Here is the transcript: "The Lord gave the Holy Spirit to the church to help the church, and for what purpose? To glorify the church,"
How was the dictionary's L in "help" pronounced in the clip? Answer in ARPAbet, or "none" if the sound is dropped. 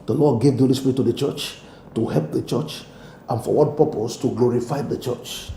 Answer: L